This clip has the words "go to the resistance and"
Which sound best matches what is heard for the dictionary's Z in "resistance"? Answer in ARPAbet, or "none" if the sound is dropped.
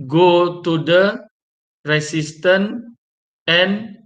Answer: S